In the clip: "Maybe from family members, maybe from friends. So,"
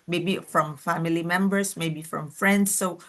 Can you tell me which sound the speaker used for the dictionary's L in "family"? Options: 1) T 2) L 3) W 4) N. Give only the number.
2